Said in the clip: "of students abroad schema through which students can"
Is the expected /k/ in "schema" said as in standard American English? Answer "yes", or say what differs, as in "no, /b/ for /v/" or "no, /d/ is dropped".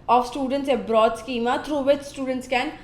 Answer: yes